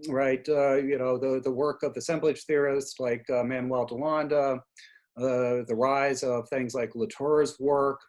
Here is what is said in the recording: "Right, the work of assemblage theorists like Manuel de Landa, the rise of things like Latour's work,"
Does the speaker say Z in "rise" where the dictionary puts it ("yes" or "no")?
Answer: yes